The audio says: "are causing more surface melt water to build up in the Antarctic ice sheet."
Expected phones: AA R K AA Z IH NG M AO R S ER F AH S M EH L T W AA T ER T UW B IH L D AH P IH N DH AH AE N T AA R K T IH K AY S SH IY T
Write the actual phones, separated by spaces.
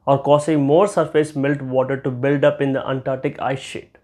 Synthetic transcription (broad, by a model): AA R K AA S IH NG M AO R S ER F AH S M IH L T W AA T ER T UW B IH L D AH P IH N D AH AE N T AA R T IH K AY S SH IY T